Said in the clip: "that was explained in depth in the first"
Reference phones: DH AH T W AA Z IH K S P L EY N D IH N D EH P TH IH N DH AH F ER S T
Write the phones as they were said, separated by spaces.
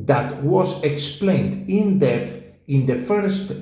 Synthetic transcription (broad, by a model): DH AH T W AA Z IH K S P L EY N D IH N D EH TH IH N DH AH F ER S T